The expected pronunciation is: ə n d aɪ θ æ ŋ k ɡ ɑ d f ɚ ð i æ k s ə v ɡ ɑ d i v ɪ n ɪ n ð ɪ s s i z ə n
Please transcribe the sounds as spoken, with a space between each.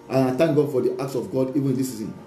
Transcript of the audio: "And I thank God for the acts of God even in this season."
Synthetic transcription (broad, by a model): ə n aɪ t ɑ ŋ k ɡ ɑ d f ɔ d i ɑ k s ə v ɡ ɑ d i v ɪ n ɪ n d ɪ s s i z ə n